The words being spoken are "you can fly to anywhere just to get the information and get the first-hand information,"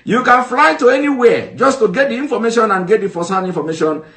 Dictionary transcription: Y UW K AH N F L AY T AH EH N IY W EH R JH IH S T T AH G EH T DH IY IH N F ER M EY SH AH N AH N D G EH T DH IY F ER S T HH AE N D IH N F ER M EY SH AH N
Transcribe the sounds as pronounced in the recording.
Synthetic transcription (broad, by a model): Y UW K AH N F L AY T AH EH N IY W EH JH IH S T T AH G EH T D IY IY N F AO M EY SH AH N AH N G EH T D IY F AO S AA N IY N F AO M EY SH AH N